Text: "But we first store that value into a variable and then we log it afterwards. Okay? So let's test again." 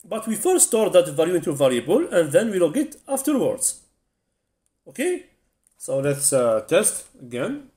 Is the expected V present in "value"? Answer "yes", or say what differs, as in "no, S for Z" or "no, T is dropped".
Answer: yes